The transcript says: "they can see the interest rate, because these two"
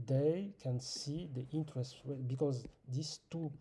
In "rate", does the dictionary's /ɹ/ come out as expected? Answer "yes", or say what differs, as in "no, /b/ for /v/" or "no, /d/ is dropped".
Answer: no, /w/ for /ɹ/